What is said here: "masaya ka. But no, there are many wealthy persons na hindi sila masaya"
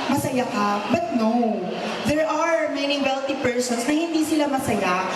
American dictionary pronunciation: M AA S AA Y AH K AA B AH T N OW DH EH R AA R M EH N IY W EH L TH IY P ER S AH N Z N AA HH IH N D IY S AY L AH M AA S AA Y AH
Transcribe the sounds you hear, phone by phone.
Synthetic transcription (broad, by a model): M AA S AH Y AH K AA B AH T N OW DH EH R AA R M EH N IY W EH L T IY P ER S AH N S N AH HH IH N D IY S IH L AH M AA S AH Y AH